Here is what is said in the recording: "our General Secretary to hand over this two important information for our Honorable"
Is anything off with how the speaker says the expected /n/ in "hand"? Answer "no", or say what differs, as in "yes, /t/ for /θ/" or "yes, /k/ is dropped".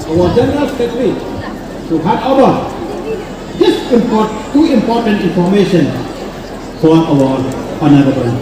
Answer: yes, /n/ is dropped